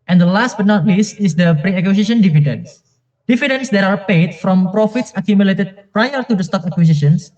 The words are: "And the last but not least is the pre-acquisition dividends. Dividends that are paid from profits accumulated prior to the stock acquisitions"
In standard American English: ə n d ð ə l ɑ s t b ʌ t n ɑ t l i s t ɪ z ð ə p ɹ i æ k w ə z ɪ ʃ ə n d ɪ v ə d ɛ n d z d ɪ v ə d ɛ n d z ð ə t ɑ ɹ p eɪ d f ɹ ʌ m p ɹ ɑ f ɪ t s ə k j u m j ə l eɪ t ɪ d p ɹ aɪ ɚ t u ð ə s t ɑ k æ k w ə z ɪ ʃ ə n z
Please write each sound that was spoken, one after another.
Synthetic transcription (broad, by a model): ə n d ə l ɑ s t b ʌ t n ɑ t l i s t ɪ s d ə p ɹ i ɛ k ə s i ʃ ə n d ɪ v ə d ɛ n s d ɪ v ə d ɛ n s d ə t ɑ ɹ p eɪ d f ɹ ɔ m p ɹ ɑ f ɪ t s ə k j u m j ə l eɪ t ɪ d p ɹ aɪ ɚ t u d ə s t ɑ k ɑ k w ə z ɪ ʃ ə n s